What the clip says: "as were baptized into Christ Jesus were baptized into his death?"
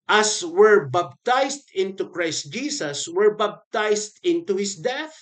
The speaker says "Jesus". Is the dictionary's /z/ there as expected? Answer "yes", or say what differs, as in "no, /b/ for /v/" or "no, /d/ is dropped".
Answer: no, /s/ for /z/